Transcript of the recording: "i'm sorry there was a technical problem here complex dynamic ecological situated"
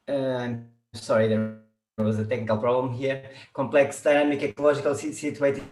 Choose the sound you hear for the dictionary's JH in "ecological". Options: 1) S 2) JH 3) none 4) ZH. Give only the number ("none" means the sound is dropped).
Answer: 4